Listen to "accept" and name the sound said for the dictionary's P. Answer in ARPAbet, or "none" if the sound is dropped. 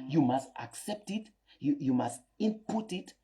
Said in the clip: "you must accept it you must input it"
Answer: P